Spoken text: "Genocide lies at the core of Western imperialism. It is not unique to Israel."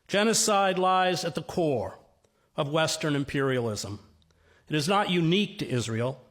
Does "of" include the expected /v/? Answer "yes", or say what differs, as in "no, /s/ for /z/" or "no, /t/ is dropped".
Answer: yes